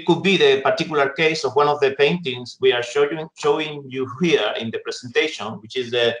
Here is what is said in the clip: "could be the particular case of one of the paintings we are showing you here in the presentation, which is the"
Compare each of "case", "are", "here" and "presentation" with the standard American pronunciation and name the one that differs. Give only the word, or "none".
presentation